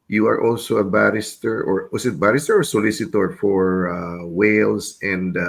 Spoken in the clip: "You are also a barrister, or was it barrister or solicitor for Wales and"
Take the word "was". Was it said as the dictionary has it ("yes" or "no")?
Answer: no